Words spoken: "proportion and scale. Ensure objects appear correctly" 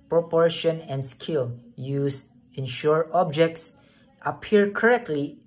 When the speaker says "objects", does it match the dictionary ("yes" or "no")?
yes